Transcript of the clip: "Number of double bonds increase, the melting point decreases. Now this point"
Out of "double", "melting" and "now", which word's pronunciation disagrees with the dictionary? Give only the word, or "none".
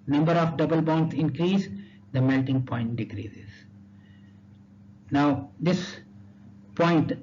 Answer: none